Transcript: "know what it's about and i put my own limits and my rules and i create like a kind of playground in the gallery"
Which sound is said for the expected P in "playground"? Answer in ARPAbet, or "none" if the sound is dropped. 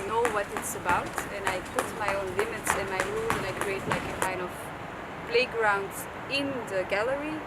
B